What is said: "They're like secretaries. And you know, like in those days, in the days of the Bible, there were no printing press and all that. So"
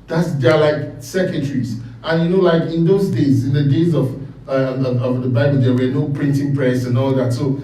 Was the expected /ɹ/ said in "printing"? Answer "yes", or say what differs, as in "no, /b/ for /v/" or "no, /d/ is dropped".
yes